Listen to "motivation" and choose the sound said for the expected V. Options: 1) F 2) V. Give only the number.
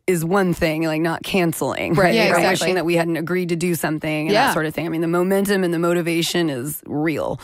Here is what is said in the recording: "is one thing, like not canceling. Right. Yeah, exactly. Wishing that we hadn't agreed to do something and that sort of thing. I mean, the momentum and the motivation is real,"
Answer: 2